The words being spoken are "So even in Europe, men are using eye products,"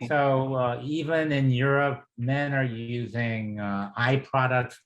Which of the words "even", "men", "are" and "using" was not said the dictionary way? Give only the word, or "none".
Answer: none